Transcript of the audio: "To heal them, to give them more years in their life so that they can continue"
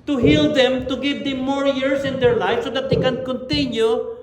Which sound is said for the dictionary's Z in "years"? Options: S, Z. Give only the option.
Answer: S